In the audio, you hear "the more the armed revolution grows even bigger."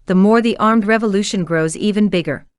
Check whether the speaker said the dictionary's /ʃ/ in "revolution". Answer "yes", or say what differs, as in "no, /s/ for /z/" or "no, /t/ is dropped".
yes